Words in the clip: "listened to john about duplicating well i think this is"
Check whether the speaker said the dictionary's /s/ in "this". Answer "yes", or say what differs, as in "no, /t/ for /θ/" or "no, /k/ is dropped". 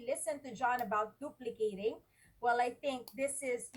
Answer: yes